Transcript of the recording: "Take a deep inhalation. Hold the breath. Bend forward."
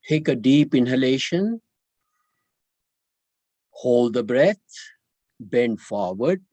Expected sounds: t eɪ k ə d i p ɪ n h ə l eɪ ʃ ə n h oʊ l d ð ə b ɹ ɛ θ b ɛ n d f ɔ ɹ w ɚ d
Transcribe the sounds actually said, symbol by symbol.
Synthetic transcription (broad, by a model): t eɪ k ə d i p ɪ n h ə l eɪ ʃ ə n h oʊ l d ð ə b ɹ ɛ t b ɛ n d f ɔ ɹ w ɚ d